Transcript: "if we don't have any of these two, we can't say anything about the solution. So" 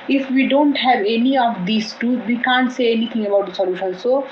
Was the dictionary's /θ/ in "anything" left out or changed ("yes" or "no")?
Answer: yes